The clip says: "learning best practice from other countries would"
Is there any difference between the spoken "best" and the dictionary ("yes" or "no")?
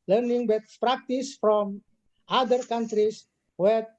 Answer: yes